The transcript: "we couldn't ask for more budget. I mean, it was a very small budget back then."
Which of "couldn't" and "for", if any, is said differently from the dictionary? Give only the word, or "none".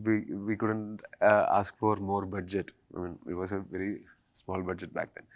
none